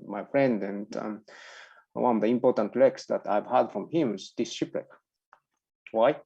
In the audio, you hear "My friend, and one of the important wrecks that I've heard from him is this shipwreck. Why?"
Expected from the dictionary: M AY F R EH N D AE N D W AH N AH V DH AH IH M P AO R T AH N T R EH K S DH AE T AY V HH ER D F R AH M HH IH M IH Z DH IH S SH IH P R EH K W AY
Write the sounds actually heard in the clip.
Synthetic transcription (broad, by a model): M AY F R EH N D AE N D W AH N AH V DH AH IH M P AO R T AH N T L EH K S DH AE T AY V HH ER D F R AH M HH IH M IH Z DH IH S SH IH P L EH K W AY